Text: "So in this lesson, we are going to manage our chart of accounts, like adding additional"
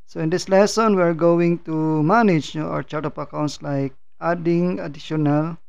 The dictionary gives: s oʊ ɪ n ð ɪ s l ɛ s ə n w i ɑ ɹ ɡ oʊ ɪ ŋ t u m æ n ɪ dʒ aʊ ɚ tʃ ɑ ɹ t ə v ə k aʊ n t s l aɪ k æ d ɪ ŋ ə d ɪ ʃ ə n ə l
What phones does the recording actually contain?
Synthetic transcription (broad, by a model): s oʊ ɪ n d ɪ s l ɛ s ə n w i ɑ ɹ ɡ oʊ ɪ ŋ t u m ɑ n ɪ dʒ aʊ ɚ tʃ ɑ ɹ t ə p ə k aʊ n t s l aɪ k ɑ d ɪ ŋ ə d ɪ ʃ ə n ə l